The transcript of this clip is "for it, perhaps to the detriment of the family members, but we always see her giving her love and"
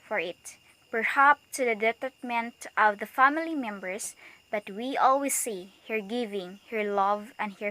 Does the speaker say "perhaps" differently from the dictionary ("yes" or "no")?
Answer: yes